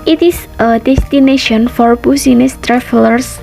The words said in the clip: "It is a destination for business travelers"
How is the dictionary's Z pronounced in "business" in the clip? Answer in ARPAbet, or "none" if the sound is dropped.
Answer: S